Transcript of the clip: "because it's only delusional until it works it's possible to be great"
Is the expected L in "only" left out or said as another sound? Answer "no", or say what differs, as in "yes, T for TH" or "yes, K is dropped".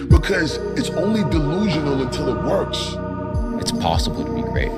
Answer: no